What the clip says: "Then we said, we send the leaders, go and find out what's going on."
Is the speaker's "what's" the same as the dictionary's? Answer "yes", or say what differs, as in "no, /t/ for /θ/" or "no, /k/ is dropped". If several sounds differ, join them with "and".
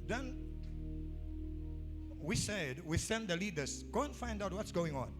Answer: yes